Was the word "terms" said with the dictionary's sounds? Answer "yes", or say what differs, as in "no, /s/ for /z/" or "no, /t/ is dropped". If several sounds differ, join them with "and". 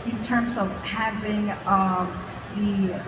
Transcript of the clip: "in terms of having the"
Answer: yes